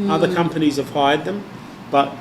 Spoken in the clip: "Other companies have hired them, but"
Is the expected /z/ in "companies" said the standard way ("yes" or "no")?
yes